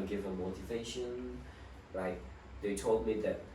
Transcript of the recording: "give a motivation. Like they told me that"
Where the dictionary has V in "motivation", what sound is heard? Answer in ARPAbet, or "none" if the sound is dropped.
V